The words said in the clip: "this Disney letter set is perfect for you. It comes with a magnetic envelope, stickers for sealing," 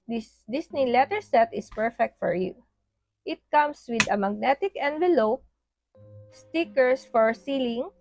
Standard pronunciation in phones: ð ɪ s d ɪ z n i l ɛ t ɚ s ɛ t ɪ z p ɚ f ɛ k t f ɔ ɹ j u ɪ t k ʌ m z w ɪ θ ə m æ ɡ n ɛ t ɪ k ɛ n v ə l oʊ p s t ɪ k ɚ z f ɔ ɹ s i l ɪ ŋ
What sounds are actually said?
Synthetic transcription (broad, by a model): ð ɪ s d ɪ s n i l ɛ t ɚ s ɛ t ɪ s p ɚ f ɛ k t f ɔ ɹ j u ɪ t k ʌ m s w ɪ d ə m æ ɡ n ɛ t ɪ k ɛ n v ə l oʊ p s t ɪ k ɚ s f ɔ ɹ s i l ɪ ŋ